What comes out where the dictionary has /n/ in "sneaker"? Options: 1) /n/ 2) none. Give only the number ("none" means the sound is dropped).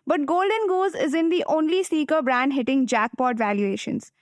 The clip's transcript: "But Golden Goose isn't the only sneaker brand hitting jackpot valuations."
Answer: 2